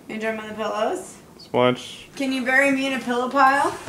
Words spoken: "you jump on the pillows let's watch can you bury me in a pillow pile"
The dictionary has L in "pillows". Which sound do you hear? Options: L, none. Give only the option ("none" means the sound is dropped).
L